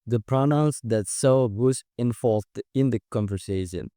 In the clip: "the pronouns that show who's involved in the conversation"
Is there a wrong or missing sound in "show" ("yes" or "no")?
yes